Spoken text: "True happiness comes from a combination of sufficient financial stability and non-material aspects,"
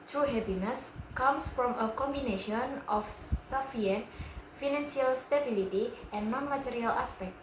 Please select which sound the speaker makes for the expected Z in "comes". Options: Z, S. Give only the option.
S